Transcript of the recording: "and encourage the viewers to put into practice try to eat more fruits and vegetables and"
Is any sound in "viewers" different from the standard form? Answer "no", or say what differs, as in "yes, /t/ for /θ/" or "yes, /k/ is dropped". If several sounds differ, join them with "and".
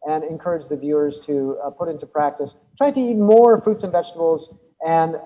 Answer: no